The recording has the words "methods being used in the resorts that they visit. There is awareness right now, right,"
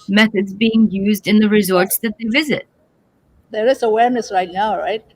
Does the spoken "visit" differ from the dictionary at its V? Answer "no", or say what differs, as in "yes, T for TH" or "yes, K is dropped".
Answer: no